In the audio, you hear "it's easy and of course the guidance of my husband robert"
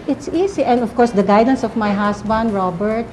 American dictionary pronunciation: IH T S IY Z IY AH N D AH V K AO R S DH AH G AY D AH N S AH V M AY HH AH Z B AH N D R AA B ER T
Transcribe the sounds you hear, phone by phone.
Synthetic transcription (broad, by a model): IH T S IY S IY AH N D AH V K AO R S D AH G AY D AH N S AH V M AY HH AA S B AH N D R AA B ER T